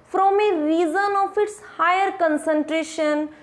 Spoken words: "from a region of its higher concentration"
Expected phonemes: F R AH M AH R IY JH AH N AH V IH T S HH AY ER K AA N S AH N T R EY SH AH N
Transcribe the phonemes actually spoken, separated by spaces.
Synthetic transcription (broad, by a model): F R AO M AH R IY Z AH N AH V IH T S HH AY ER K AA N S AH N T R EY SH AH N